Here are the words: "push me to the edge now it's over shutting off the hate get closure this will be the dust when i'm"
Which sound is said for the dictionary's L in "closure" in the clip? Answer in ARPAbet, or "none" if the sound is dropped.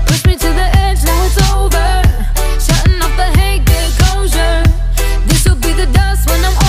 none